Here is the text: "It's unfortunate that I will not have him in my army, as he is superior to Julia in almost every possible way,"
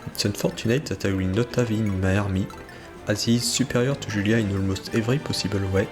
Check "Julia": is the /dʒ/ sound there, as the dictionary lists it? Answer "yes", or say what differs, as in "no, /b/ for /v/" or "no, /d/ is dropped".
no, /ʒ/ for /dʒ/